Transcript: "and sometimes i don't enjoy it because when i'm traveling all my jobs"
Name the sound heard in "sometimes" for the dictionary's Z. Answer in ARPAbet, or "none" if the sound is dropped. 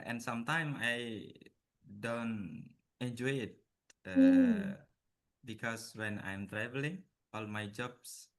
none